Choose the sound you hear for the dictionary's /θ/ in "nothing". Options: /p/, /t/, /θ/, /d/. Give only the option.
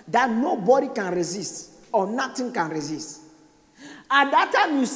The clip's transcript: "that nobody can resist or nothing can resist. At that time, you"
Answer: /t/